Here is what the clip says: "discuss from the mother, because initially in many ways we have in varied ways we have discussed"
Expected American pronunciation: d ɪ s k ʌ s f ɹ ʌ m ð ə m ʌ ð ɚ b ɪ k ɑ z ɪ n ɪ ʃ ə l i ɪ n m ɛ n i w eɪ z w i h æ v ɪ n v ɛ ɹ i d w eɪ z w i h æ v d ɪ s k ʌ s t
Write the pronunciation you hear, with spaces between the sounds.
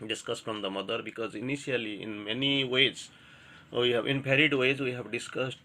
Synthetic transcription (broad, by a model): d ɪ s k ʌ s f ɹ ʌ m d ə m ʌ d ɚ b ɪ k ɑ z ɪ n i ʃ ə l i ɪ n m ɛ n i w eɪ z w i h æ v ɪ n p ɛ ɹ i d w eɪ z w i h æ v d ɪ s k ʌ s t